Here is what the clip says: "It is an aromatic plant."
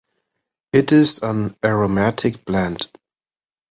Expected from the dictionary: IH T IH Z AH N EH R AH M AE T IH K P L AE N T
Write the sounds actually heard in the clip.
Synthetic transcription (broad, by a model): IH T IH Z AH N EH R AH M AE T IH K B L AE N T